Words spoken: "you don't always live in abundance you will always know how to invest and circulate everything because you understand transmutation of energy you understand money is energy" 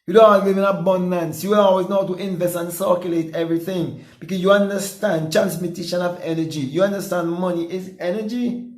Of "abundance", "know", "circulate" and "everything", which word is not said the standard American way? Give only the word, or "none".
none